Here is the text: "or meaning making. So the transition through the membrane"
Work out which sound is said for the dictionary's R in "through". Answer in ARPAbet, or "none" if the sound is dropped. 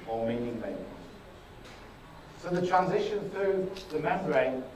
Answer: R